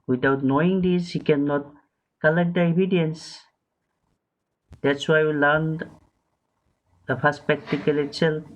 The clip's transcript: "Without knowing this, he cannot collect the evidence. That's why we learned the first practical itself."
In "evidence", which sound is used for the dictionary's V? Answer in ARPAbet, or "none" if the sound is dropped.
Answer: B